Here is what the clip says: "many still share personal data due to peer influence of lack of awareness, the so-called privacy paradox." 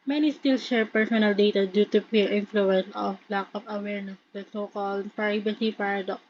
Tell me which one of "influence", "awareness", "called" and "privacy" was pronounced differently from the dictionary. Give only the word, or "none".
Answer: privacy